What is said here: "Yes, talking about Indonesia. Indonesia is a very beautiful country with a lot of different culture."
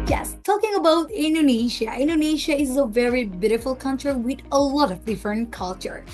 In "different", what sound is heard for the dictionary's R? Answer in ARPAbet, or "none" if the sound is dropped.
none